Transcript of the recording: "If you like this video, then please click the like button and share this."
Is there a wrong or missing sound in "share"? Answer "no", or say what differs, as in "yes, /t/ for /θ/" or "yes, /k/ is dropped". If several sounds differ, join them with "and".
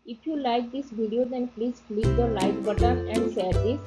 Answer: yes, /s/ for /ʃ/